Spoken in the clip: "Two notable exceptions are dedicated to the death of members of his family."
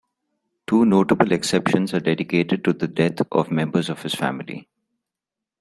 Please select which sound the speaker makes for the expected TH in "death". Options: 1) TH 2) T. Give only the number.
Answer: 2